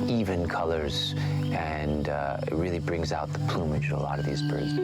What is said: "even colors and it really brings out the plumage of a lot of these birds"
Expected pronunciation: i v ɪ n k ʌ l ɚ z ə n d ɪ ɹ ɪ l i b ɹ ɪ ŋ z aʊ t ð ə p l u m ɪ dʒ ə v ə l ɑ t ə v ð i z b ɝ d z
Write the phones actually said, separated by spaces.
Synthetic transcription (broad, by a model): i v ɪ n k ʌ l ɚ z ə n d ɪ ɹ ɪ l i b ɹ ɪ ŋ z aʊ t ð ə p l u m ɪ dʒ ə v ə l ɑ t ə v ð i z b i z